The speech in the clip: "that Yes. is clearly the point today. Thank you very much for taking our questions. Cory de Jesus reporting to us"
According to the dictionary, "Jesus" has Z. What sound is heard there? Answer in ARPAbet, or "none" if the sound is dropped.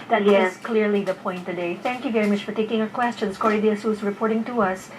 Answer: S